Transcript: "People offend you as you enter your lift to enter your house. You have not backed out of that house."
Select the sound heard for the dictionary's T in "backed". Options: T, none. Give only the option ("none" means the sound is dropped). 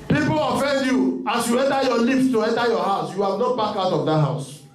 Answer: none